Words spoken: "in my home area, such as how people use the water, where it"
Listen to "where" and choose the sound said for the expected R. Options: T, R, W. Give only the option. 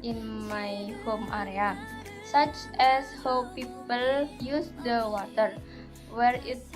R